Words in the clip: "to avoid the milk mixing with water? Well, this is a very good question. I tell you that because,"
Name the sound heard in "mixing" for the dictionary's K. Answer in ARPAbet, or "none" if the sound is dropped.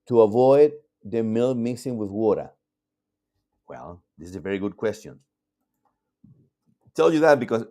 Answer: none